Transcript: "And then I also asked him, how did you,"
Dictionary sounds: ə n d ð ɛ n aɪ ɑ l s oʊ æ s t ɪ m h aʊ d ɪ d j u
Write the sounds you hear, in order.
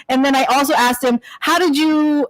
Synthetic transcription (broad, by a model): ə n ð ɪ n aɪ ɑ l s oʊ æ s t ɪ m h aʊ d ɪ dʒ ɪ